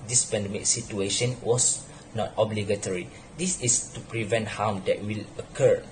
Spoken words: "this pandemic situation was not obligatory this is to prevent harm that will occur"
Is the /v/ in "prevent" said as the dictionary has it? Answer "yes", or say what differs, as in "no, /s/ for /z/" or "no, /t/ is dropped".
yes